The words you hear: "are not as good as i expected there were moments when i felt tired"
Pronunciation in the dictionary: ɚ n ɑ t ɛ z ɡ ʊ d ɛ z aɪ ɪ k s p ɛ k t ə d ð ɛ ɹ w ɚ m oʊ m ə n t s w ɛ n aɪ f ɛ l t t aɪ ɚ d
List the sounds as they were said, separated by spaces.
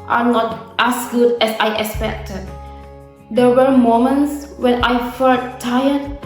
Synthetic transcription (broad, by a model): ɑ n ɑ t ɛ s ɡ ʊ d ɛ s aɪ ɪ k s p ɛ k t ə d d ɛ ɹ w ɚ m oʊ m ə n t s w ɛ n aɪ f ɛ t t aɪ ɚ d